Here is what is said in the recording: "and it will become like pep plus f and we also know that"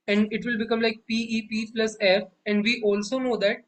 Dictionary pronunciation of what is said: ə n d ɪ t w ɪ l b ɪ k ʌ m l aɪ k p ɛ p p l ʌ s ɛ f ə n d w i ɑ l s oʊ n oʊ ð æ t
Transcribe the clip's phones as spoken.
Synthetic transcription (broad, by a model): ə n d ɪ t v ɪ l b ɪ k ʌ m l aɪ k p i p p l ʌ s ɛ f ə n d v i ɑ l s oʊ n oʊ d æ t